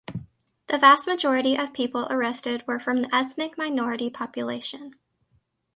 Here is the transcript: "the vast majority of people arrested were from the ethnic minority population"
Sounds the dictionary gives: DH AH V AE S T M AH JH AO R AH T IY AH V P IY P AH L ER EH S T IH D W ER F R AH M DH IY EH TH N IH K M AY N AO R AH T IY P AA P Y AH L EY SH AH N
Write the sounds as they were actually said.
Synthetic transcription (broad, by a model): DH AH V AE S T M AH JH AO R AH T IY AH V P IY P L ER EH S T IH D W ER F R AH M DH IY EH TH N IH K M AY N AO R AH T IY P AA P Y AH L EY SH AH N